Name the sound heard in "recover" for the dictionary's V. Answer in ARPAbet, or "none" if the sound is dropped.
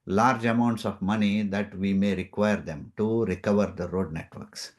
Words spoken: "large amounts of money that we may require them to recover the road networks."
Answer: V